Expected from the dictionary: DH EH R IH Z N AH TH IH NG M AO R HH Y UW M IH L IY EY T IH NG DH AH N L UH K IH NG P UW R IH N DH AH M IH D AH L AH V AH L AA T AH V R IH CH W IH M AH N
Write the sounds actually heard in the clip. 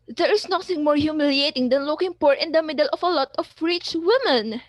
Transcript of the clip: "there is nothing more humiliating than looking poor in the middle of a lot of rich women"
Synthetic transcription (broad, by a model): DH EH R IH S N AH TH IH NG M AO R HH Y UW M IH L IY EY T IH NG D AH N L UH K IH NG P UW R IH N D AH M IH D AH L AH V AH L AA T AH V R IH CH W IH M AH N